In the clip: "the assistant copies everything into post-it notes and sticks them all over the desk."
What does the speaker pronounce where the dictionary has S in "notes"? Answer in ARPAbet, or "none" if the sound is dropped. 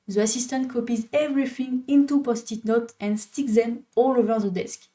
none